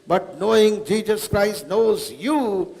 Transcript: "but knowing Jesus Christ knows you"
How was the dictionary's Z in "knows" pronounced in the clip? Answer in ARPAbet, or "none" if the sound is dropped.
Z